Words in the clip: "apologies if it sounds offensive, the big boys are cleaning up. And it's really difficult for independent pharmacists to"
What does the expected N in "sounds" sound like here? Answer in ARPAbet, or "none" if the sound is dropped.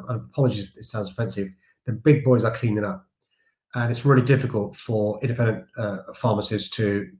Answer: L